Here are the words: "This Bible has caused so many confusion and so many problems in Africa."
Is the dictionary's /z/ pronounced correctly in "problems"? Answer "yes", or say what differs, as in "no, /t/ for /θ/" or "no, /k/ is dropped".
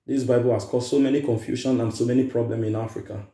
no, /z/ is dropped